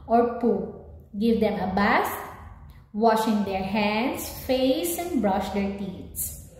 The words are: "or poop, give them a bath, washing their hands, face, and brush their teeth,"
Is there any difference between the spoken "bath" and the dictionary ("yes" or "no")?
yes